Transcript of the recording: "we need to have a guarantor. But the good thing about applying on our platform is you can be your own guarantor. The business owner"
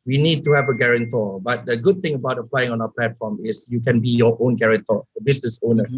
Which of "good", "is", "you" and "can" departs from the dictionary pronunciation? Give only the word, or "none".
is